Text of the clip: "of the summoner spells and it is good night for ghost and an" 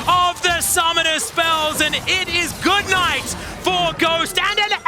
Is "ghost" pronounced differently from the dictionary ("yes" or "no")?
no